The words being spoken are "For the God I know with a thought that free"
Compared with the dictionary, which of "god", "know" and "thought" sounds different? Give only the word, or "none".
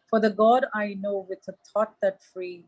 thought